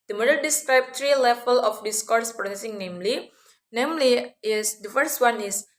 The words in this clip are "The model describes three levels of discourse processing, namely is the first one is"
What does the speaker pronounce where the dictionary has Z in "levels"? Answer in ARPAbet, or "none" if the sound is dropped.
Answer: none